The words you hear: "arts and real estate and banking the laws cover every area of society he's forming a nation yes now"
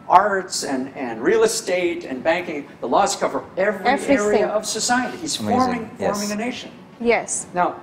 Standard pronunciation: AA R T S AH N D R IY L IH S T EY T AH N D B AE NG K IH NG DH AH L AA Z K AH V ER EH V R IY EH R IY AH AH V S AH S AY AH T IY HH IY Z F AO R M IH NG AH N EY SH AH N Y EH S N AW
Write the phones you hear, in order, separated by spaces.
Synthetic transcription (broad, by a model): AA R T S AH N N R IY L IH S T EY T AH N B AE NG K IH NG DH AH L AA Z K AH V ER EH V R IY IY R IY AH AH V S AH S AY AH T IY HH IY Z F AO R M IH NG AH N EY SH AH N Y EH S N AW